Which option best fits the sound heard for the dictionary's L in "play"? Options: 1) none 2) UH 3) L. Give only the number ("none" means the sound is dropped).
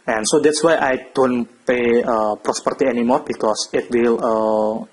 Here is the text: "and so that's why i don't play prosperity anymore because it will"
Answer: 1